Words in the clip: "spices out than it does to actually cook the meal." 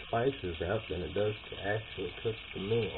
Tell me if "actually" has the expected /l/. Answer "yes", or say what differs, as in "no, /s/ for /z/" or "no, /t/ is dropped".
yes